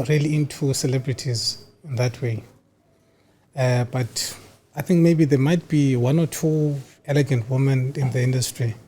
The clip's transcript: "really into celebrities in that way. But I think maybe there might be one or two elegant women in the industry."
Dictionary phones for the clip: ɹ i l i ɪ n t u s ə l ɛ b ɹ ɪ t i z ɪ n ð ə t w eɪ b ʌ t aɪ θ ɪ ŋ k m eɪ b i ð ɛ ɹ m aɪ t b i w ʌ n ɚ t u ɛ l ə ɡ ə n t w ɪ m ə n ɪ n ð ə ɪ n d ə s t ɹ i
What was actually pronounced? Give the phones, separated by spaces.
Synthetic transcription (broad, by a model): ɹ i l i ɪ n t u s ə l ɛ b ɹ ɪ t i z ɪ n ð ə t w eɪ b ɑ t aɪ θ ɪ ŋ k m eɪ b i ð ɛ m aɪ t b i w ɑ n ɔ t u ɛ l ə ɡ ə n t w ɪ m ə n ɪ n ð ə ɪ n d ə s t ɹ i